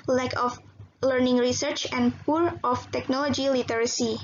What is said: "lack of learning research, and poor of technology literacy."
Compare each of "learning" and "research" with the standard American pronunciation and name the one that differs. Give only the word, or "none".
none